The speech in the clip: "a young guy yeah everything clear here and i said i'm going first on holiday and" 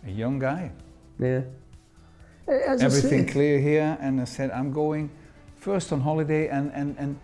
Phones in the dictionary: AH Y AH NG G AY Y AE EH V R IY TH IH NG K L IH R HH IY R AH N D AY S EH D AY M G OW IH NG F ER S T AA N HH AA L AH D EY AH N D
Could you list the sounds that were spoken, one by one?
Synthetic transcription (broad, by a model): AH Y AH NG G AY Y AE EH V R IY TH IH NG K L IH R HH IY R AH N AY S EH D AY M G OW IH NG F ER S T N HH AA L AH D EY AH N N